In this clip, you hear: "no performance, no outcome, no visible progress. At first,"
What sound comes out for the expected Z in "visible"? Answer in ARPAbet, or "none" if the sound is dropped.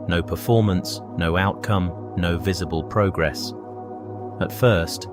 Z